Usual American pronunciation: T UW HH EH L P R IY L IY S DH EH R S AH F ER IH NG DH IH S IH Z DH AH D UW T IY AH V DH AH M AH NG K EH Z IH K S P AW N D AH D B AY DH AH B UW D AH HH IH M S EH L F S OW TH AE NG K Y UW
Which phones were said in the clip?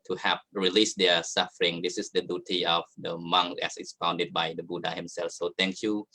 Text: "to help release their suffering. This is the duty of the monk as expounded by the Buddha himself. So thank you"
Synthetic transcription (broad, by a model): T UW HH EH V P R IY L IY S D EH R S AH F ER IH NG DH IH S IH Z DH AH D UW T IY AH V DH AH M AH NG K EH S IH S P AW N D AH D B AY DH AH B UW D AH HH IH M S EH L F S OW T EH NG K Y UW